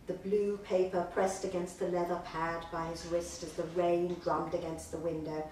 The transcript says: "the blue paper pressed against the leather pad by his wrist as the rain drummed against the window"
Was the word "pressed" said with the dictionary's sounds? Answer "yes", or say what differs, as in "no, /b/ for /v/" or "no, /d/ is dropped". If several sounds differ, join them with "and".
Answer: yes